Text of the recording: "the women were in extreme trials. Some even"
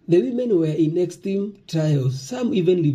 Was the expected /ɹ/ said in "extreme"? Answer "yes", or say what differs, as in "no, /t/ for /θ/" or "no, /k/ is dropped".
no, /ɹ/ is dropped